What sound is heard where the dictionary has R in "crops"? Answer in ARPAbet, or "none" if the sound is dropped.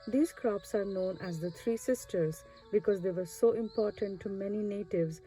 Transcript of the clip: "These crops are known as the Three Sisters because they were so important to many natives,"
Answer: R